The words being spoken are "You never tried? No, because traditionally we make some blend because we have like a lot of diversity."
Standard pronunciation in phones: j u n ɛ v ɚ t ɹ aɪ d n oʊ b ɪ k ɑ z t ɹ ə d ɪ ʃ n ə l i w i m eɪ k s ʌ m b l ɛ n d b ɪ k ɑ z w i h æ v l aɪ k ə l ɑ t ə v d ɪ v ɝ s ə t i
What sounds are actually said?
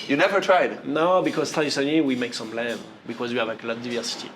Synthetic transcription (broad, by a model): j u n ɛ v ɚ t ɹ aɪ d n oʊ b ɪ k ɑ z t ə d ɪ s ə n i w i m eɪ k s ʌ m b l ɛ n b ɪ k ɑ z w i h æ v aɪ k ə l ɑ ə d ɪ v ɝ s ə t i